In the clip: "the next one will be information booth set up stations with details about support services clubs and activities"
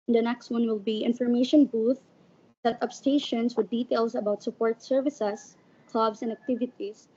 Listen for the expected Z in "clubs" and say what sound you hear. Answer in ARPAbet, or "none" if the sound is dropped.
S